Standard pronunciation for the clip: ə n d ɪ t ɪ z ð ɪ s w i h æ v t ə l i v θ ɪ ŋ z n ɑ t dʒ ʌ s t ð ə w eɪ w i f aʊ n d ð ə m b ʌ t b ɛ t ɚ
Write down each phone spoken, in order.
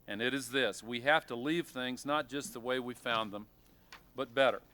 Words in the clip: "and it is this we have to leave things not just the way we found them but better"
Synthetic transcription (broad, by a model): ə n ɪ t ɪ z ð ɪ s w i h æ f t ə l i v θ ɪ ŋ z n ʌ t dʒ ʌ s t ð ə w eɪ w i f aʊ n ð ə m b ʌ t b ɛ t ɚ